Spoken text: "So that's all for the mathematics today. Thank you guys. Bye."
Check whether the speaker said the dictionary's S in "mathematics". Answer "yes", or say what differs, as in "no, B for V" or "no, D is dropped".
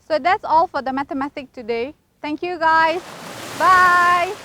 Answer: no, S is dropped